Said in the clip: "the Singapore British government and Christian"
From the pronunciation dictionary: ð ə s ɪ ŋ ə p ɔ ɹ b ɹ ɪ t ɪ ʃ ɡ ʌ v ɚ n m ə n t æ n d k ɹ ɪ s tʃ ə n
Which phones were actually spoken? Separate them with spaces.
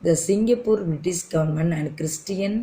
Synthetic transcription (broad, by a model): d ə s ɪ ŋ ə p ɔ ɹ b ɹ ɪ t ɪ s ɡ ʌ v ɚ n m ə n æ n d k ɹ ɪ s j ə n